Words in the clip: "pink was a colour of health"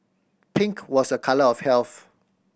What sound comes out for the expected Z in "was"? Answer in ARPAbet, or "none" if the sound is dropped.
S